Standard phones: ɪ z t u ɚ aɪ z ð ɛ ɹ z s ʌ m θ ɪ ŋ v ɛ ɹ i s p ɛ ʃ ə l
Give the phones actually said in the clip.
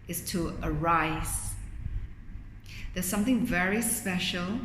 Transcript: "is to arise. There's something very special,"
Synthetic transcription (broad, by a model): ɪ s t u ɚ aɪ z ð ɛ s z s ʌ m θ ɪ ŋ v ɛ ɹ i s p ɛ ʃ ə l